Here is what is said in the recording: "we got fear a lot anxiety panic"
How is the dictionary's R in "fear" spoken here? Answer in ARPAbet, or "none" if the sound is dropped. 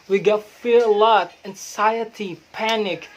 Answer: R